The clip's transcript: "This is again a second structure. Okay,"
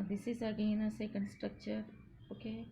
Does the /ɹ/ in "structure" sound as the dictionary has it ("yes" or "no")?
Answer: yes